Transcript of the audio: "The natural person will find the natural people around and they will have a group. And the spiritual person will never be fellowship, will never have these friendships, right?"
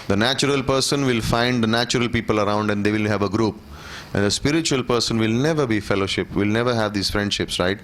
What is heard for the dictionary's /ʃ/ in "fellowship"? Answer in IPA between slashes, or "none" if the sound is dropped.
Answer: /ʃ/